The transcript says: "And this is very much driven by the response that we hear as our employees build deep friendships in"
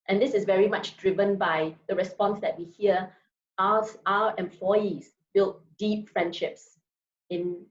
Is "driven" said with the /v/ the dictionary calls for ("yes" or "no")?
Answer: yes